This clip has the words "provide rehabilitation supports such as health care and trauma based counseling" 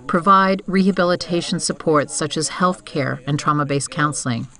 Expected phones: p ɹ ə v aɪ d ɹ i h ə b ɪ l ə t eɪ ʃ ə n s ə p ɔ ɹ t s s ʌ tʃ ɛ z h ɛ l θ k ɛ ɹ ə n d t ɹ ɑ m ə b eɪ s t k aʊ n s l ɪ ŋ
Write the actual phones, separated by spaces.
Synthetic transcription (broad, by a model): p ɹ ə v aɪ d ɹ i h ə b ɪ l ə t eɪ ʃ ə n s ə p ɔ ɹ t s s ʌ tʃ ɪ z h ɛ l θ k ɛ ɹ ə n t ɹ ɑ m ə b eɪ s k aʊ n s l ɪ ŋ